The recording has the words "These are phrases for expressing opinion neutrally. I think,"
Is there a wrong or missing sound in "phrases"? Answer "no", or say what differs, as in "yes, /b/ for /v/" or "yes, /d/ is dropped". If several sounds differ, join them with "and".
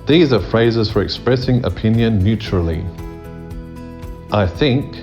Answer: no